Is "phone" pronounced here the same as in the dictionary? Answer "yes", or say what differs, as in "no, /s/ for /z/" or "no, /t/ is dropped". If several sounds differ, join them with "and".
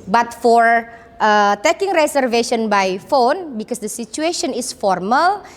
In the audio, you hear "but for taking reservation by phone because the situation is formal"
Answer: yes